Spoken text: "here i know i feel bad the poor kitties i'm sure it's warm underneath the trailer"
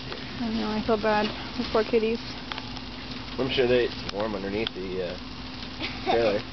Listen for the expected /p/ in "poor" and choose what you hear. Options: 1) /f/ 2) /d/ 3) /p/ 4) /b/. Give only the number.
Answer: 1